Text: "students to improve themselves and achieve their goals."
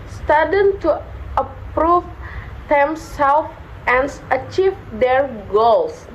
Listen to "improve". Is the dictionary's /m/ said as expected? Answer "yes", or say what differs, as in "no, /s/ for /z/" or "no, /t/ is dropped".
no, /m/ is dropped